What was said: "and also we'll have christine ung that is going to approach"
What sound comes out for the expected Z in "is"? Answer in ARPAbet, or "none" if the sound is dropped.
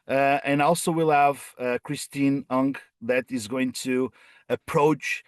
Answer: Z